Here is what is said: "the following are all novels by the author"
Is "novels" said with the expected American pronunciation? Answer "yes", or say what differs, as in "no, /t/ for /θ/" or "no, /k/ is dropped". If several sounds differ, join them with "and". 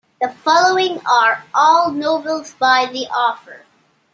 no, /v/ is dropped